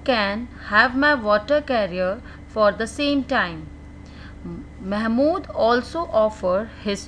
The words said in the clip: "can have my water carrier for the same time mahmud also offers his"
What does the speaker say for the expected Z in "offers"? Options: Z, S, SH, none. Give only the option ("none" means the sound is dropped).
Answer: none